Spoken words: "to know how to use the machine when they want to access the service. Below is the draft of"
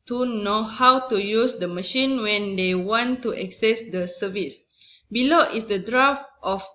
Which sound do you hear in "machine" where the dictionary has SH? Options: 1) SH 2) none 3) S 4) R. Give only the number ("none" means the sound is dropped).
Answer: 1